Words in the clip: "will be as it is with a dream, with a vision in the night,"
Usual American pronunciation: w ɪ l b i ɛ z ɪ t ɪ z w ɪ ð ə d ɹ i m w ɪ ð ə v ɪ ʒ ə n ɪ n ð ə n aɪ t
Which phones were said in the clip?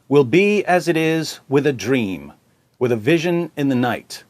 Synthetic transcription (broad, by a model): w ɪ l b i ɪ z ɪ t ɪ z w ɪ ð ə d ɹ i m w ɪ ð ə v ɪ ʒ ə n ɪ n ð ə n aɪ t